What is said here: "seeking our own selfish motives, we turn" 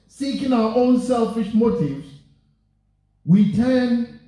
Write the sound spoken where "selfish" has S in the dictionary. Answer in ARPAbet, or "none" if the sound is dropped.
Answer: S